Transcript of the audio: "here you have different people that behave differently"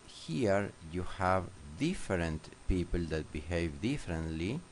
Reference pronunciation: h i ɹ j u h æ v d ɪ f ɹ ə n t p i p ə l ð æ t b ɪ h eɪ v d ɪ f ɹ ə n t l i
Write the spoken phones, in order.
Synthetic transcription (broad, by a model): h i ɹ j u h æ v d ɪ f ɹ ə n t p i p ə l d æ t b ɪ h eɪ v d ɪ f ɹ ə n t l i